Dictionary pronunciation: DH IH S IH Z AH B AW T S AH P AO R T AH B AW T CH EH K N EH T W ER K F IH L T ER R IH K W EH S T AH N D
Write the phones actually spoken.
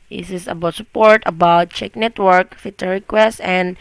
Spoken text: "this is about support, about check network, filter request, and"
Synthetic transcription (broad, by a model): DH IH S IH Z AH B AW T S AH P AO R T AH B AW T CH EH K N EH T W ER K F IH T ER R IH K W EH S T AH N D